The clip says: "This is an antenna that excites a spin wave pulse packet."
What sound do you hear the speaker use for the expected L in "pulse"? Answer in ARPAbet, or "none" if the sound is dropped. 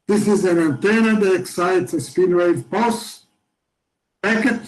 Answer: none